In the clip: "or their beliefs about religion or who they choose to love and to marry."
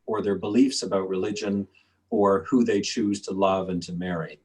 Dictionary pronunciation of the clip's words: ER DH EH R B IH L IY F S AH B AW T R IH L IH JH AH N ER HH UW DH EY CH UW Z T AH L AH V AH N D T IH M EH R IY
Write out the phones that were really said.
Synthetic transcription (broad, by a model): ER DH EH R B IH L IY F S AH B AW T R IH L IH JH AH N ER HH UW DH EY CH UW Z T AH L AH V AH N T IH M EH R IY